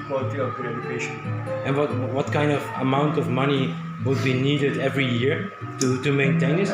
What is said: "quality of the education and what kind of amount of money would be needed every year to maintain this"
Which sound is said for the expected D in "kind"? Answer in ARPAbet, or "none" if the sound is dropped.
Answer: D